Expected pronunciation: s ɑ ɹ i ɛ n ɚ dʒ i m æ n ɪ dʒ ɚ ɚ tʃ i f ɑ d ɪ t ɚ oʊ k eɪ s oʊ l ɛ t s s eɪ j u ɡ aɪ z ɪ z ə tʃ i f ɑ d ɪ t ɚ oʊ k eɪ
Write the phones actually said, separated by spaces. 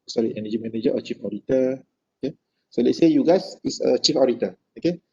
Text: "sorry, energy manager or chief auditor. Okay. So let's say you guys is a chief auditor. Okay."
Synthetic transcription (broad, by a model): s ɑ ɹ i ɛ n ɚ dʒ i m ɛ n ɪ dʒ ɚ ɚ tʃ i f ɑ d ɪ t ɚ oʊ k eɪ s oʊ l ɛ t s s eɪ j u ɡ aɪ s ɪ s ə tʃ i f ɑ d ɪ t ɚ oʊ k eɪ